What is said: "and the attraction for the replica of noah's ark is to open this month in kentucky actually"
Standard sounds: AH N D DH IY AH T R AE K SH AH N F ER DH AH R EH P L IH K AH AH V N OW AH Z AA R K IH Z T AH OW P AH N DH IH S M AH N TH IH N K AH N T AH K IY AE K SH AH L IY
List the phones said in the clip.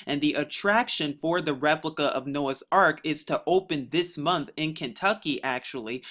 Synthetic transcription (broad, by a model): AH N DH IY AH T R AE K SH AH N F ER DH AH R EH P L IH K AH AH V N OW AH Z AA R K IH Z T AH OW P AH N DH IH S M AH N TH IH N K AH N T AH K IY AE K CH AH L IY